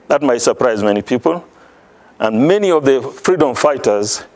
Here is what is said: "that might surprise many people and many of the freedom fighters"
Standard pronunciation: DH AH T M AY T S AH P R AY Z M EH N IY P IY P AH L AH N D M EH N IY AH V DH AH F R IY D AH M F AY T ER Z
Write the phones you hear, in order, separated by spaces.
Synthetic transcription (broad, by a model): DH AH T M AY T S AH P R AY Z M EH N IY P IY P AH L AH N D M EH N IY AH V DH AH F R IY D AH M F AY T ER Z